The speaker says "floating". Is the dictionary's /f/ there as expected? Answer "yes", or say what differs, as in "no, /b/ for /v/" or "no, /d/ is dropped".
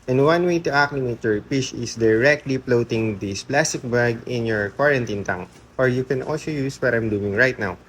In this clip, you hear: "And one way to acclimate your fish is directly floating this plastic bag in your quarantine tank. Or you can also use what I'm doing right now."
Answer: no, /p/ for /f/